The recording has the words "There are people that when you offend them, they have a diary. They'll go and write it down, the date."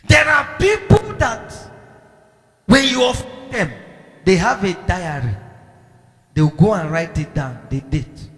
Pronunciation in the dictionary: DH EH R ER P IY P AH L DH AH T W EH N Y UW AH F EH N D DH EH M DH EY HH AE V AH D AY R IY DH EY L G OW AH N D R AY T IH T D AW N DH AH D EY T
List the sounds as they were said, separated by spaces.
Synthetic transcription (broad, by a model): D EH R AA P IY P AH L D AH T W EH N Y UW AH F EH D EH M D EY HH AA V AH D AY R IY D EY W G OW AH N R AY T IH T D AW N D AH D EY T